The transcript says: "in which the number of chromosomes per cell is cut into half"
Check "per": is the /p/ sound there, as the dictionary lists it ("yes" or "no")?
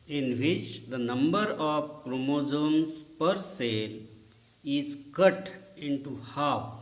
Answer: yes